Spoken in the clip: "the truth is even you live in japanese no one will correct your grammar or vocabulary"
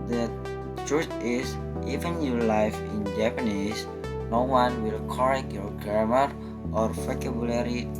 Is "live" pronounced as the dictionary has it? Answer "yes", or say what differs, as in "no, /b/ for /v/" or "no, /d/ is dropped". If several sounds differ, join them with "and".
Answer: no, /f/ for /v/